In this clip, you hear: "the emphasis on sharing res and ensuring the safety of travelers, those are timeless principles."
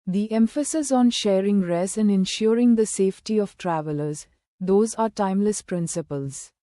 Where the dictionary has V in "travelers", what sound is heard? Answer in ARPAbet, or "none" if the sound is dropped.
V